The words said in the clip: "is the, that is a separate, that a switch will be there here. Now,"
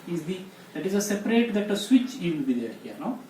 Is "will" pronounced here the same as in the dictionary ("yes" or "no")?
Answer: no